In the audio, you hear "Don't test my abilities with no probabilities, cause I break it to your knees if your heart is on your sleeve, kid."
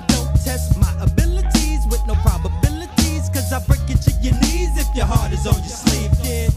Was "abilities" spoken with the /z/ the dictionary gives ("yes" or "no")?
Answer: yes